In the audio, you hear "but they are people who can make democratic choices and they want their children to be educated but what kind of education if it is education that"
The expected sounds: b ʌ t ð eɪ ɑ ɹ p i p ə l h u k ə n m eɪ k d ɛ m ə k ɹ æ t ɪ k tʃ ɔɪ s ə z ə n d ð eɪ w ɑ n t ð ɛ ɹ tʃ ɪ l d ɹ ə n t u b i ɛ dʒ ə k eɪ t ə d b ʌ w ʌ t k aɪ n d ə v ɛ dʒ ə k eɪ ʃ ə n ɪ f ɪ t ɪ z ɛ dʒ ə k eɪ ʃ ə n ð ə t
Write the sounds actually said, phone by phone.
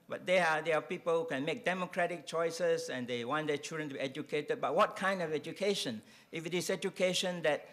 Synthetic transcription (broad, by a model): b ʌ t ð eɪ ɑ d p i p ə l h u k ə n m eɪ k d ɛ m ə k ɹ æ t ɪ k tʃ ɔɪ s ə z ə n d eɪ w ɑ n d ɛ tʃ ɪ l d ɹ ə n t u b i ɛ dʒ ə k eɪ t ə d b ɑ w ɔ t k aɪ n d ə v ɛ dʒ ə k eɪ ʃ ə n ɪ f ɪ t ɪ s ɛ dʒ ə k eɪ ʃ ə n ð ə t